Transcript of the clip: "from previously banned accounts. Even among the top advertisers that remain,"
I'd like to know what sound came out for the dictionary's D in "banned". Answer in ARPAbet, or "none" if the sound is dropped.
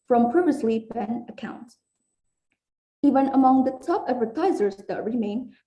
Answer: none